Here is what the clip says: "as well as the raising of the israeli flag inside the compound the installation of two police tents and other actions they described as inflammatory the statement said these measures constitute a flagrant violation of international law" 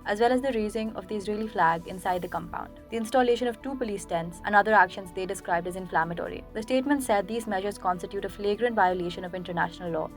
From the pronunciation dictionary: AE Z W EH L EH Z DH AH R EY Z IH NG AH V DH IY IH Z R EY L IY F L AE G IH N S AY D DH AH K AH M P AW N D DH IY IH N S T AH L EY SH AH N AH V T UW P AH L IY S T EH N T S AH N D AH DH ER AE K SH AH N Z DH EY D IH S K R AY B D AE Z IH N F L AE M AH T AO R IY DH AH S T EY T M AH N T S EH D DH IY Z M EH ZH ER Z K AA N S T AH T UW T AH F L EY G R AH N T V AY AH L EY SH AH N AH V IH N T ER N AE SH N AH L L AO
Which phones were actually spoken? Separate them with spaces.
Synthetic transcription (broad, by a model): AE Z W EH L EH Z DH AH R EY Z IH NG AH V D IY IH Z R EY L IY F L AE G IH N S AY D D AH K AH M P AW N D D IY IH N S T AH L EY SH AH N AH V T UW P AH L IY S T EH N T S AH N D AH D ER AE K SH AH N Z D EY D IH S K R AY B D AE Z IH N F L AE M AH T AO R IY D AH S T EY T M AH N T S EH D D IY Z M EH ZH ER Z K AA N S T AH T UW T AH F L EY G R AH N T V AY AH L EY SH AH N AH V IH N T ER N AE SH N AH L L AO